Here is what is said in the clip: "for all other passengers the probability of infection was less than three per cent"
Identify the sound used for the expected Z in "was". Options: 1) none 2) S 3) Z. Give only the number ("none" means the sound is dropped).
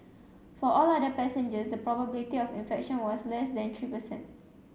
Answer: 2